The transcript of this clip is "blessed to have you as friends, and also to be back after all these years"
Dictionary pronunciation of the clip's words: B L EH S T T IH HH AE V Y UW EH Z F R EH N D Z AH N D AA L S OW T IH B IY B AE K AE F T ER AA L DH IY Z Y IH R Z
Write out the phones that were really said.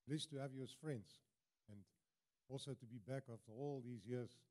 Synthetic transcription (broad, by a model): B L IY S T T IH HH AE V Y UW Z F R EH N D Z AH N D AA L S OW T IH B IY B AE K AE F T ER AA L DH IY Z Y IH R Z